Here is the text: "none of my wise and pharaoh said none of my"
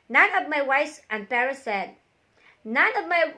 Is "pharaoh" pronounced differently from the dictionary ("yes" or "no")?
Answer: yes